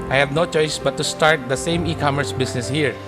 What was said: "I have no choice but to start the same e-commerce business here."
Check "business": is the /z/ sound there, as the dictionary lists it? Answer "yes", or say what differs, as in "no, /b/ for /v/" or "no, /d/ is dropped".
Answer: no, /s/ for /z/